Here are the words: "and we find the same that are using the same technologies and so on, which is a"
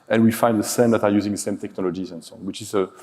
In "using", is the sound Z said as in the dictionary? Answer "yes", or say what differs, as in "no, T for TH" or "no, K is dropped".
yes